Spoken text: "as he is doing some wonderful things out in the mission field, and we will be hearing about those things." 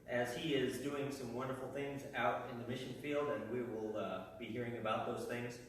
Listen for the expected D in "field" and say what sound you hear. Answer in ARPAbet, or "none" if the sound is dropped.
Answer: D